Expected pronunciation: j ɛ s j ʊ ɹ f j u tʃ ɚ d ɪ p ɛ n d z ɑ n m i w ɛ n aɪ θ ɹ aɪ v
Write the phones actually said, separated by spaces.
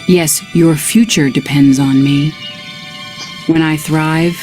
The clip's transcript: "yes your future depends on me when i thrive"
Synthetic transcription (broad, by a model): j ɛ s j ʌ ɹ f j u tʃ ɚ d ɪ p ɛ n d z n m i w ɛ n aɪ θ ɹ aɪ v